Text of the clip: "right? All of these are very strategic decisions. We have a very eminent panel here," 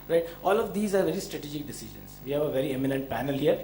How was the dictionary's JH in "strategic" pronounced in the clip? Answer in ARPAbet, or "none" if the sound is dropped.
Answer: JH